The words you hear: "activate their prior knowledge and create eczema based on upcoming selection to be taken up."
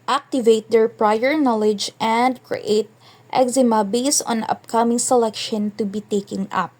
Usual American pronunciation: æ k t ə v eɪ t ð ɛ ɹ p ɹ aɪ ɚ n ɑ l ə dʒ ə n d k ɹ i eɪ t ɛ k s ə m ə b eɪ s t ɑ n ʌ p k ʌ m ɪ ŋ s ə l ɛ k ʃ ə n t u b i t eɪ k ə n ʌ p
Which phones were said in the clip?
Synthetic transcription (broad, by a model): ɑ k t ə v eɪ t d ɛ ɹ p ɹ aɪ ɚ n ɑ l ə dʒ ə n d k ɹ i eɪ t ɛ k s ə m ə b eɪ s ɑ n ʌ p k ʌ m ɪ ŋ s ə l ɛ k ʃ ə n t u b i t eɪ k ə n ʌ p